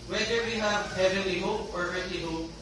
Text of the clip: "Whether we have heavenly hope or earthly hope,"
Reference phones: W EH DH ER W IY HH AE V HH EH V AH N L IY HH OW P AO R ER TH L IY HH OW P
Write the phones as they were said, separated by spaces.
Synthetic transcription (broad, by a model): W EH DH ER W IY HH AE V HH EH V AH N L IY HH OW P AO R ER T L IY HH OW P